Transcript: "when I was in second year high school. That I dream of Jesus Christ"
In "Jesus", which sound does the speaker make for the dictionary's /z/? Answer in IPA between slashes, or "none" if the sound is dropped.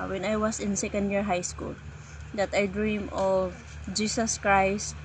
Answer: /s/